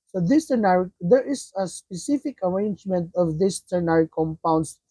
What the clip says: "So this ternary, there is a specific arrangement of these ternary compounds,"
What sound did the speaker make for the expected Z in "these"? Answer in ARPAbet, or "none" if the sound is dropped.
S